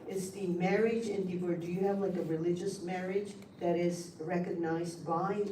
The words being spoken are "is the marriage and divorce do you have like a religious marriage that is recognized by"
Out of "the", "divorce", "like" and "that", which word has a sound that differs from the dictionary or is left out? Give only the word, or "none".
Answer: divorce